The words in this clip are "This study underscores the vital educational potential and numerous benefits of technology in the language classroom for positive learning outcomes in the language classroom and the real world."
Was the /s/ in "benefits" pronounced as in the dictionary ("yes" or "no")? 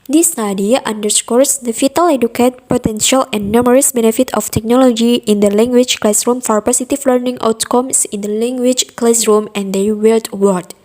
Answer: no